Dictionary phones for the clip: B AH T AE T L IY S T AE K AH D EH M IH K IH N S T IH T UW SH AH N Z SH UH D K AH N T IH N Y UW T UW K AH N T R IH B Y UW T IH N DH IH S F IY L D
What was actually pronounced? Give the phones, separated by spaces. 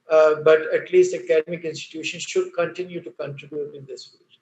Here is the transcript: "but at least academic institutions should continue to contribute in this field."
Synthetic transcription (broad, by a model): B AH T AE T L IY S T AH K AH D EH M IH K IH N S T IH T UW SH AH N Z SH UH D K AH N T IH N Y UW T UW K AH N T R IH B Y UW T IH N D IH S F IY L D